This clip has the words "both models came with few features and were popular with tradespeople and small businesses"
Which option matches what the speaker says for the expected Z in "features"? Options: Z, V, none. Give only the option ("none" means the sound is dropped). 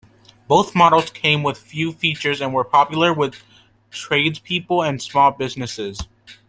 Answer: Z